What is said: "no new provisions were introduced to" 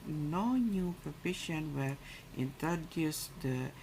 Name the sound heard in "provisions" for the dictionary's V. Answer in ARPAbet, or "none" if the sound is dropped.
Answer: P